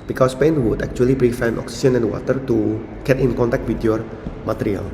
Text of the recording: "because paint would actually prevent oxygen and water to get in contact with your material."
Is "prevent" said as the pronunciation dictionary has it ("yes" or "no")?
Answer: no